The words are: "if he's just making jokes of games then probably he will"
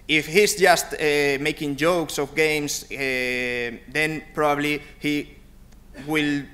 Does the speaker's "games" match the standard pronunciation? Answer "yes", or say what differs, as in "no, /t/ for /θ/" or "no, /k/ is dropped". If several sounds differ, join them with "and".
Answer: no, /s/ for /z/